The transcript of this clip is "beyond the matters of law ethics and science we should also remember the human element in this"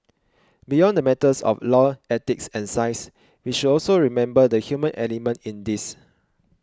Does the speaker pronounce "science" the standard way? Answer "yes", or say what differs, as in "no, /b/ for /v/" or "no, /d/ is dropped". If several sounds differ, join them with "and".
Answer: no, /n/ is dropped